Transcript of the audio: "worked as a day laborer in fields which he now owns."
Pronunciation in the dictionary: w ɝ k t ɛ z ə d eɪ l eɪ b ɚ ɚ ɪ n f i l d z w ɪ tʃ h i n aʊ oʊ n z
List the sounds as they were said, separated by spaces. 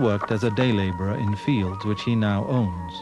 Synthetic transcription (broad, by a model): w ɝ k t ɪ z ə d eɪ l eɪ b ɚ ɚ ɪ n f i l d z w ɪ tʃ h i n aʊ oʊ n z